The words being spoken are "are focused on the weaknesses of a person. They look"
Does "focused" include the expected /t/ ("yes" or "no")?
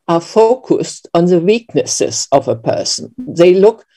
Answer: yes